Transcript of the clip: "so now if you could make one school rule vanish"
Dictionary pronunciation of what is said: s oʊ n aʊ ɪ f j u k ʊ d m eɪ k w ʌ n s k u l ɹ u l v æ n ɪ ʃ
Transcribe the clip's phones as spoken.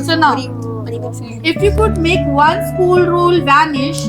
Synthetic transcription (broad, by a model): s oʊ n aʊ ɪ f j u k ʊ d m eɪ k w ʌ l s k u l ɹ u l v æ n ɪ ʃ